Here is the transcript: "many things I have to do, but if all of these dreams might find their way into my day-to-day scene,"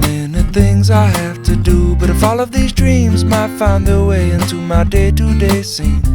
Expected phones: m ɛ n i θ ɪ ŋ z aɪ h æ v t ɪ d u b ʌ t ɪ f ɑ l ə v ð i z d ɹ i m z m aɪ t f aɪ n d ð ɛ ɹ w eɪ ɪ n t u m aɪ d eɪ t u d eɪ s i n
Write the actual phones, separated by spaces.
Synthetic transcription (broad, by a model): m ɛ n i θ ɪ ŋ z aɪ h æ f t ɪ d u b ʌ t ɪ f ɑ l ə v ð i z d ɹ i m z m aɪ t f aɪ n ð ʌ ɹ w eɪ ɪ n t u m aɪ d eɪ t u d eɪ s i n